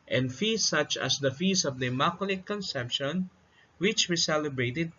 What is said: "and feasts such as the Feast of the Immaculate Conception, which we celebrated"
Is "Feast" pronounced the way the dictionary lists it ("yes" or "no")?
no